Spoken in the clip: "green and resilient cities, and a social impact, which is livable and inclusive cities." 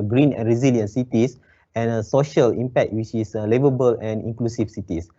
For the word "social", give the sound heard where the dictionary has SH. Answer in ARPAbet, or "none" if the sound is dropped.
SH